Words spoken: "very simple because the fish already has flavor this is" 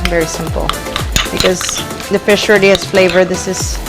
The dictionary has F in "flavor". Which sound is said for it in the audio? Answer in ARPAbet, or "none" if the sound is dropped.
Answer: F